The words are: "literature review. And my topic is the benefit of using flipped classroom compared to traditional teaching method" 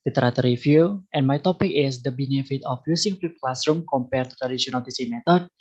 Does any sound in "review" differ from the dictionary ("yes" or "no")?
yes